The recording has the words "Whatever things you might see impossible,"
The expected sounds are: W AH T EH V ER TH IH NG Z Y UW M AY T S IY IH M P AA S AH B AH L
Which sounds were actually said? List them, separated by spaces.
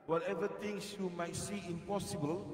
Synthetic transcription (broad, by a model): W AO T EH V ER T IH NG S Y UW M AY T S IY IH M P AA S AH B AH L